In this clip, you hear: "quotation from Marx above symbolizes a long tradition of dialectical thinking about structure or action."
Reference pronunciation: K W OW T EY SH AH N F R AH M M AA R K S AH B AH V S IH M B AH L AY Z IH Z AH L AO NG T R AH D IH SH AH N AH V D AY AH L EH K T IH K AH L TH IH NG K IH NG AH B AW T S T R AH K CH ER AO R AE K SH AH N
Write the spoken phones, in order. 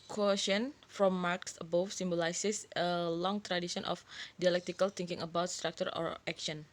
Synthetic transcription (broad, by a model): K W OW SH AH N F R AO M M AA R K S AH B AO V S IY M B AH L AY S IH S AH L AO NG T R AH D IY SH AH N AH F D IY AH L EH K T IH K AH L T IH NG K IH NG AH B AW T S T R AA K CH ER AO R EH K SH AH N